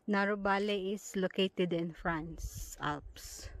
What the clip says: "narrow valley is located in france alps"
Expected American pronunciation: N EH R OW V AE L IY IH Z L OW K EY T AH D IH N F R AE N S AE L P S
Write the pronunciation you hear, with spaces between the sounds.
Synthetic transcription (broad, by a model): N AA R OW B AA L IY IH S L OW K EY T AH D IH N F R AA N S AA L P S